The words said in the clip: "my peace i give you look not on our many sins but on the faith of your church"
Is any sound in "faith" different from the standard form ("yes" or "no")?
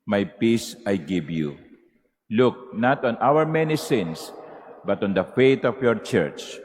yes